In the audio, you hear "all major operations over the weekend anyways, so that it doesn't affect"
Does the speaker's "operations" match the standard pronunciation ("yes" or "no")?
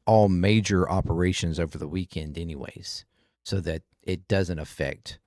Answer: yes